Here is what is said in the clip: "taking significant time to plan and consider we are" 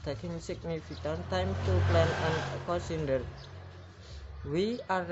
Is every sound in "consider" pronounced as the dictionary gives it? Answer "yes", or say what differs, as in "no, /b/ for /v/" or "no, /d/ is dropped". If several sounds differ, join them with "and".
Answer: no, /n/ is dropped